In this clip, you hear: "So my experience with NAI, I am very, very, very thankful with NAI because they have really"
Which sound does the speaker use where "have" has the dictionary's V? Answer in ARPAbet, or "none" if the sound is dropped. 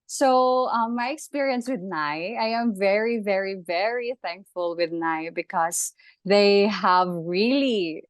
V